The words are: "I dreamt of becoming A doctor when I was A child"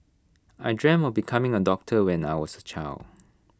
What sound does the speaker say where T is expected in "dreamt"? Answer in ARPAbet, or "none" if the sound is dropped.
none